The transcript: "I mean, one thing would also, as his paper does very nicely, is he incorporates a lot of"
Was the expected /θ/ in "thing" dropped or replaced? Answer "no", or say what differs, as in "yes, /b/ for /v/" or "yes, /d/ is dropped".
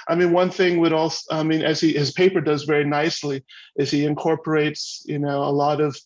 no